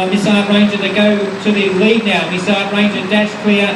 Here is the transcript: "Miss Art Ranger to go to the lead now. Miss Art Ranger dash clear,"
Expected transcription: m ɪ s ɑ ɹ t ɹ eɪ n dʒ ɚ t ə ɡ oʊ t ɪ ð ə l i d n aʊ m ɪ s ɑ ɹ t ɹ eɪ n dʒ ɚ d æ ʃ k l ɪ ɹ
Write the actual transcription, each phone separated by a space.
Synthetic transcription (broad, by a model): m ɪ s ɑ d ɹ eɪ n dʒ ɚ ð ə ɡ oʊ t ɪ ð ə l i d n aʊ m ɪ s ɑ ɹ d ɹ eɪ n dʒ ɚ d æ s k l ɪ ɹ